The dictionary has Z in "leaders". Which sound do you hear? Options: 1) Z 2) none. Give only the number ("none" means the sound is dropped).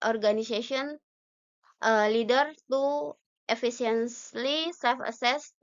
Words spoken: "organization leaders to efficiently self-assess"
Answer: 2